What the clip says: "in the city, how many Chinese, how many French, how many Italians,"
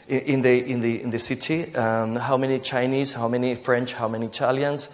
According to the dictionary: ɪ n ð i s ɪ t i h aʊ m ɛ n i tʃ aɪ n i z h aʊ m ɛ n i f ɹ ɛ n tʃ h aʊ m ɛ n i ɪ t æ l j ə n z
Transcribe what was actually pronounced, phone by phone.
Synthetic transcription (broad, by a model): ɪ n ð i s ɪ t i h aʊ m ɛ n i tʃ aɪ n i z h aʊ m ɛ n i f ɹ ɛ n tʃ h aʊ m ɛ n i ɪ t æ l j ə n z